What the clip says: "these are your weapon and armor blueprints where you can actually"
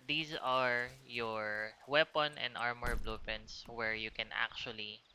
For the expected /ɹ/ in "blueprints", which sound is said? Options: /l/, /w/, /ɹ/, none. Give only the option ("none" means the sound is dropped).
none